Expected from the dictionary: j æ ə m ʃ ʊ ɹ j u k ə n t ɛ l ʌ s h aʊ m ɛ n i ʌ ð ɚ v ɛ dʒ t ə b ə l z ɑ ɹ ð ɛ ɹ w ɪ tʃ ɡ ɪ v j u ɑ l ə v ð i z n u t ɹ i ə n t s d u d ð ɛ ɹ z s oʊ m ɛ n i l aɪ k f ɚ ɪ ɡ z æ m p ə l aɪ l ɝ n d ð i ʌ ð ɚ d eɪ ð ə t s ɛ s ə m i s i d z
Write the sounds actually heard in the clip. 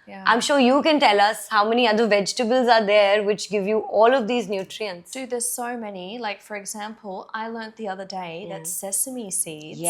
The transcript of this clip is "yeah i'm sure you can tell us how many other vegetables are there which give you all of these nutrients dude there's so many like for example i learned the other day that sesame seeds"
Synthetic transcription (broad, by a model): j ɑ ə m ʃ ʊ ɹ j u k ə n t ɛ l ʌ s h aʊ m ɛ n i ʌ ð ɚ v ɛ dʒ t ə b ə l z ɑ ɹ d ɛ ɹ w ɪ tʃ ɡ ɪ v j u ɑ l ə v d i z n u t ɹ i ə n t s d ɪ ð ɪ s oʊ m ɛ n i l aɪ k f ɚ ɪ ɡ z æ m p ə l aɪ l ɝ n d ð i ʌ ð ɚ d eɪ ð ə t s ɛ s ə m i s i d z